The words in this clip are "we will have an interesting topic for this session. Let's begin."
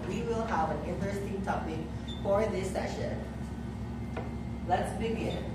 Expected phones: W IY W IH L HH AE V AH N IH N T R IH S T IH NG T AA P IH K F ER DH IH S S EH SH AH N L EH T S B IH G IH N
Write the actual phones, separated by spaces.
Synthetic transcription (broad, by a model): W IY W IH L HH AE V AH N IH N T R IH S T IH NG T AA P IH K F ER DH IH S S EH SH AH N L EH T S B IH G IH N